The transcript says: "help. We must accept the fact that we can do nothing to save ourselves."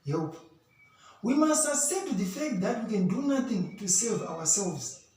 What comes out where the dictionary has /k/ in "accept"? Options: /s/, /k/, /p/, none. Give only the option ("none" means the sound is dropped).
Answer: none